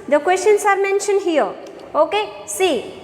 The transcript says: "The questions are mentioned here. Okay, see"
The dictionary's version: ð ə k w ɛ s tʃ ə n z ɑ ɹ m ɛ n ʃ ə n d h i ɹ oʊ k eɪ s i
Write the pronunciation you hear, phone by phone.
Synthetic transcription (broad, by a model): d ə k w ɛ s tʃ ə n s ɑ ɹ m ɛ n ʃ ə n h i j oʊ k eɪ s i